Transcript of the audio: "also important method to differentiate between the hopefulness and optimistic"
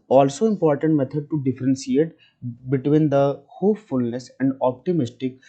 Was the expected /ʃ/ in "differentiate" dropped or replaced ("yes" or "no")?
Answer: yes